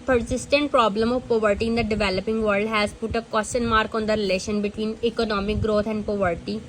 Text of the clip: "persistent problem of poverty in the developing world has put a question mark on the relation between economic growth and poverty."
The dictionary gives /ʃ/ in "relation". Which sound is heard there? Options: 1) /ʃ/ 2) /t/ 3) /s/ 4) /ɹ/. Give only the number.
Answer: 1